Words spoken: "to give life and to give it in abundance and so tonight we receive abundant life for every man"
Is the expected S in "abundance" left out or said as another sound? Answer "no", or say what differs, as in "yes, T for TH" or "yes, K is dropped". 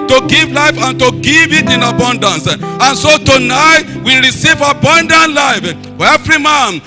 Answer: no